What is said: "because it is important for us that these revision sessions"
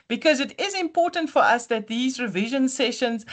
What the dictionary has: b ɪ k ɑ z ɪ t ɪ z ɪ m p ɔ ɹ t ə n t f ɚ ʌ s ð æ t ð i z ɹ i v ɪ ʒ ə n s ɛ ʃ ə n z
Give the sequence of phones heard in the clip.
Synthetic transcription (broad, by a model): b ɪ k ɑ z ɪ t ɪ z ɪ m p ɔ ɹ t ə n t f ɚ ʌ s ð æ t ð i z ɹ i v ɪ ʒ ə n s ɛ ʃ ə n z